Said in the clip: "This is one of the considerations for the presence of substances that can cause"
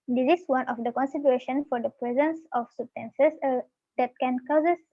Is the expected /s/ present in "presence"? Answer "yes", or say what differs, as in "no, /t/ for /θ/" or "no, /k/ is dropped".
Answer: yes